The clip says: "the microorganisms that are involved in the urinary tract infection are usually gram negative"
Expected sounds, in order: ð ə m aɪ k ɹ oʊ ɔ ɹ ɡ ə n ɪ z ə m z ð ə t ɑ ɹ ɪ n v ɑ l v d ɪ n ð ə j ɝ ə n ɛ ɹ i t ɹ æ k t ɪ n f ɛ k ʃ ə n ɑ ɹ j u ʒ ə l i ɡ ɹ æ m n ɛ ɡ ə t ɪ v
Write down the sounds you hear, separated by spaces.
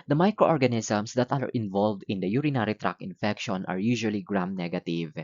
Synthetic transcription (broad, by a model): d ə m aɪ k ɹ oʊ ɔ ɹ ɡ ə n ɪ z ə m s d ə t ɑ ɹ ɪ n v ɑ l v d ɪ n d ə j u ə n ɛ ɹ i t ɹ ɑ k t ɪ n f ɛ k ʃ ə n ɑ ɹ j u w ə l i ɡ ɹ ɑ m n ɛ ɡ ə t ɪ v